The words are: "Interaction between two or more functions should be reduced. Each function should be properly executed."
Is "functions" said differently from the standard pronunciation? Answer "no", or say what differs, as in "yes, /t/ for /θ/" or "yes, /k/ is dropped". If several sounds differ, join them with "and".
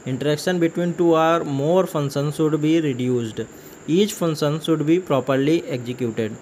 yes, /k/ is dropped